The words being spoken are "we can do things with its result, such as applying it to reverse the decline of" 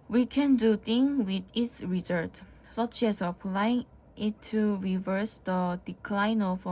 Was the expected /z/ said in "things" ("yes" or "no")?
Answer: no